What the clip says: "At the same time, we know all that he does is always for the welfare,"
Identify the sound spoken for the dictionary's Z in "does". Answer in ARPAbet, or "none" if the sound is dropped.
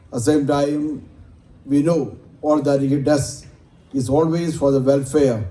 S